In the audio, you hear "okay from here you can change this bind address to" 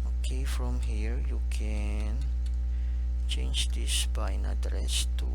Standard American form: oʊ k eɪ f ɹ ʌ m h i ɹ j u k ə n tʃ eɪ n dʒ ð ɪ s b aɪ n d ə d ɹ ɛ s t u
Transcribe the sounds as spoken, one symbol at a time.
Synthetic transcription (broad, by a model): oʊ k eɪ f ɹ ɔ m h i ɹ j u k ə n tʃ eɪ n dʒ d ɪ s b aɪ n ə d ɹ ɛ s t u